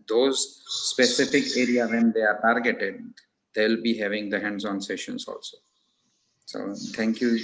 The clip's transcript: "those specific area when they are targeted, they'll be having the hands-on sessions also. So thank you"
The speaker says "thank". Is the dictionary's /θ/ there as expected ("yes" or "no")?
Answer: no